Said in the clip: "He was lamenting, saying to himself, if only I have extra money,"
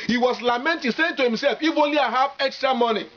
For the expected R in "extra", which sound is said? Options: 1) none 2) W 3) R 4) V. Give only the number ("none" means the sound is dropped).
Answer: 3